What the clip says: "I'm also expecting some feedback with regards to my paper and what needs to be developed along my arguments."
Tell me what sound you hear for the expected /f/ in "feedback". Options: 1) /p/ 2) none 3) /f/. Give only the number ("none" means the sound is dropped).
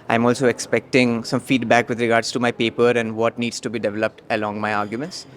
3